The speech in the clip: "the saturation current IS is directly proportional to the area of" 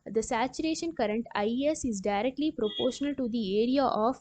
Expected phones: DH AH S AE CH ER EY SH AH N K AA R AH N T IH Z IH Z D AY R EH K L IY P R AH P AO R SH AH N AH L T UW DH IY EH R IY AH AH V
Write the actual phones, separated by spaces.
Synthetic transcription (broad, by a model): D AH S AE CH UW EY SH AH N K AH R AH N T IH S IH Z D AY R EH K L IY P R AH P AO R SH AH N AH L T UW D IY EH R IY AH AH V